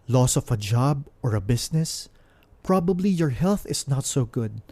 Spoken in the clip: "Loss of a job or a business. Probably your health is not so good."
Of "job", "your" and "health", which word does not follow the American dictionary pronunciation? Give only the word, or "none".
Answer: none